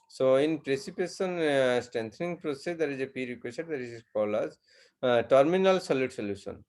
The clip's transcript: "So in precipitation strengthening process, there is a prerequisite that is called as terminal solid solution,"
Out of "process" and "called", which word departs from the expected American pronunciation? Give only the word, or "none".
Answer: called